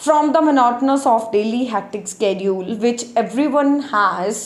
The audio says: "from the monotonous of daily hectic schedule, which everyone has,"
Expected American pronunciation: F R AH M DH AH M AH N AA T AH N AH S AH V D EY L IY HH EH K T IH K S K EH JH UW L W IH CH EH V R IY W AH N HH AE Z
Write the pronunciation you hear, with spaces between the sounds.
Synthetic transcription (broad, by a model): F R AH M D AH M AH N AA T AH N AH S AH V D EY L IY HH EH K T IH K S K EH JH UW L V IH CH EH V R IY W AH N HH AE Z